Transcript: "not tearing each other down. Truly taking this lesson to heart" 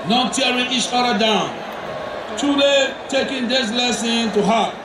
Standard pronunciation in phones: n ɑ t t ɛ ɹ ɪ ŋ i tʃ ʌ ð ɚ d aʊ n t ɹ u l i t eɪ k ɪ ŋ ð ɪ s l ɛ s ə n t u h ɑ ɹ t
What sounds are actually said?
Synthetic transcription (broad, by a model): n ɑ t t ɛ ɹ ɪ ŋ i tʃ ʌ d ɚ d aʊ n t u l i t eɪ k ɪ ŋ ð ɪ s l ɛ s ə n t u h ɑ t